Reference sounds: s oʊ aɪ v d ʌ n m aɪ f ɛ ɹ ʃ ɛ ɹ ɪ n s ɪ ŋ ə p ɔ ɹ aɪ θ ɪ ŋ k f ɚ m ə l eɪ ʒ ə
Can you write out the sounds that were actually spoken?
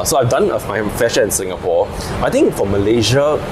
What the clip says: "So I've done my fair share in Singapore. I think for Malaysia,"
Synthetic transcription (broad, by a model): s oʊ aɪ v d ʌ n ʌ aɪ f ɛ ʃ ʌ ɪ n s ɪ ŋ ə p ɔ aɪ t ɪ ŋ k f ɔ m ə l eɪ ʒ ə